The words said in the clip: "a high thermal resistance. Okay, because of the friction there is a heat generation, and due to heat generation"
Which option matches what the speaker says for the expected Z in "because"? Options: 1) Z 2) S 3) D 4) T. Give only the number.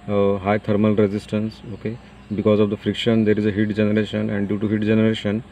1